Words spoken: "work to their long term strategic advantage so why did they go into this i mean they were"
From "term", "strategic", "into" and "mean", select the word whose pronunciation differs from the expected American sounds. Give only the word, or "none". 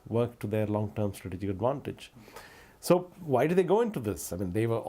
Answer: none